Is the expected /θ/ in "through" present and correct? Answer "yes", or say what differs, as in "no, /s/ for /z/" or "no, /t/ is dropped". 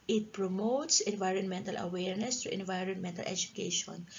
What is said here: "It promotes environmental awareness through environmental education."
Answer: no, /t/ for /θ/